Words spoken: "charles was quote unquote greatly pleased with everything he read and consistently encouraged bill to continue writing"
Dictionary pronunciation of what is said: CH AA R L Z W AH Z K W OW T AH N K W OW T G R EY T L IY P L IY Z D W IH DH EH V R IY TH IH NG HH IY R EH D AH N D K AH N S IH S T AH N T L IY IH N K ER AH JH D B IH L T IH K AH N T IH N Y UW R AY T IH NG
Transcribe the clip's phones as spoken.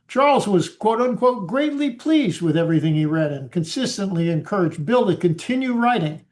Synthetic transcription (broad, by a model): CH AA R L Z W AH Z K W OW T AH N K W OW T G R EY T L IY P L IY Z D W IH DH EH V R IY TH IH NG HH IY R EH D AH N K AH N S IH S T AH N T L IY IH N K ER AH JH B IH L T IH K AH N T IH N Y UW R AY T IH NG